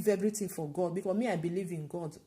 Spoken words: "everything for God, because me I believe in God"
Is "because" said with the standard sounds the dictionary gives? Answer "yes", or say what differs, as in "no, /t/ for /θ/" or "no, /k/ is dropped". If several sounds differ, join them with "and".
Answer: no, /z/ is dropped